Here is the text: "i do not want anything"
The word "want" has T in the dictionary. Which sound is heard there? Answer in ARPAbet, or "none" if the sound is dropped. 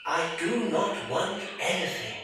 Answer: T